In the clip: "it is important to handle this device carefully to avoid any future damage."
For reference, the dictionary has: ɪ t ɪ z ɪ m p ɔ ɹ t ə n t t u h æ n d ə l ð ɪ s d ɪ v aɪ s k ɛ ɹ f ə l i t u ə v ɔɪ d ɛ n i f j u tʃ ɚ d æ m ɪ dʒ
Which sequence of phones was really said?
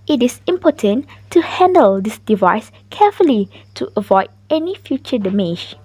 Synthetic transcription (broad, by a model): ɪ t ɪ s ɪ m p ɔ t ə n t t u h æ n d ə l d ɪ s d ɪ v aɪ s k ɛ f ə l i t u ə v ɔɪ d ɛ n i f j u tʃ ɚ d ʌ m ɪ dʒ